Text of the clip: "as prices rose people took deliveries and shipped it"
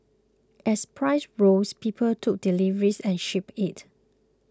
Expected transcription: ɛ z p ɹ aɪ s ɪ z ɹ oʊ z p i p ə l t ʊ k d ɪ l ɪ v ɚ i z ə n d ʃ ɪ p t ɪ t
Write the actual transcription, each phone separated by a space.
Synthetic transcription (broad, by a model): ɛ s p ɹ aɪ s ɹ oʊ s p i p ə l t ʊ k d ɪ l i v ɚ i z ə n ʃ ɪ p ɪ t